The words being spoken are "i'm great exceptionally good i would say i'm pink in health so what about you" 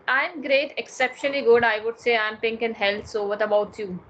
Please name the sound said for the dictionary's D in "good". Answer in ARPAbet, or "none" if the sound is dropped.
D